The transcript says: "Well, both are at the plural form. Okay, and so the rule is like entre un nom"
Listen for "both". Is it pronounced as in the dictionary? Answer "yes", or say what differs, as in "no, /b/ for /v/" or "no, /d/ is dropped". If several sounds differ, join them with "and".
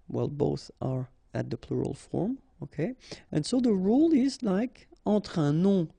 yes